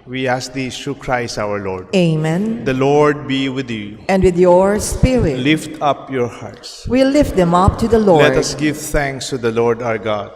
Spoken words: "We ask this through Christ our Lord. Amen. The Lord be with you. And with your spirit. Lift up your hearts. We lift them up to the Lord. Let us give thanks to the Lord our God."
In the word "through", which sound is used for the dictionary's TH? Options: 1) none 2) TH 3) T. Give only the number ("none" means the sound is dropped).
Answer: 3